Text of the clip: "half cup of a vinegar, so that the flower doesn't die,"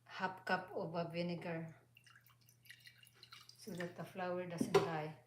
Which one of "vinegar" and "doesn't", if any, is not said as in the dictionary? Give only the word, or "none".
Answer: doesn't